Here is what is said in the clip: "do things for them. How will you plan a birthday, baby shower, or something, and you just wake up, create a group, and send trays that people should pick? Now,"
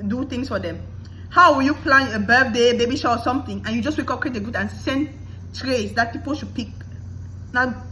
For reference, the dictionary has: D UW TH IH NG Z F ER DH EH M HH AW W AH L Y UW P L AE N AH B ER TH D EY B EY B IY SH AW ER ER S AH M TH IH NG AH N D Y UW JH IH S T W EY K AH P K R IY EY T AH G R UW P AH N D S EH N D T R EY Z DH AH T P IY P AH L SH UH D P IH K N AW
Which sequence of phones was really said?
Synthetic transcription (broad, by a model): D UW T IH NG S F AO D EH M HH AW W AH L Y UW P L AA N AH B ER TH D EY B EY B IY SH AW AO S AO M T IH NG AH N Y UW JH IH S W EY K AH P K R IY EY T AH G UW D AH N S EH N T R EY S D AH T P IY P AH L SH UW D P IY K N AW